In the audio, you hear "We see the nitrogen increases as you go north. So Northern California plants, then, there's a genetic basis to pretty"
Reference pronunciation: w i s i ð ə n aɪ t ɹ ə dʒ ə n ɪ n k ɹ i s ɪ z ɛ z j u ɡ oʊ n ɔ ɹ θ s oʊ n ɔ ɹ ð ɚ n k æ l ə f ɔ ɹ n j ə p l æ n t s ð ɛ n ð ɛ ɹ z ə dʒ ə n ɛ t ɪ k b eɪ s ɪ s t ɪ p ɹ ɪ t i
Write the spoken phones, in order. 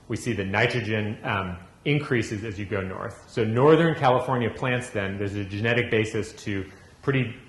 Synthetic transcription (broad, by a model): w i s i ð ə n aɪ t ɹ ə dʒ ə n ɪ n k ɹ i s ɪ z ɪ z j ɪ ɡ oʊ n ɔ ɹ θ s oʊ n ɔ ɹ ð ɚ n k æ l ə f ɔ ɹ n j ə p l æ n t s ð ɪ n ð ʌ ɹ z ə dʒ ə n ɛ t ɪ k b eɪ s ɪ s t ɪ p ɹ ɪ t i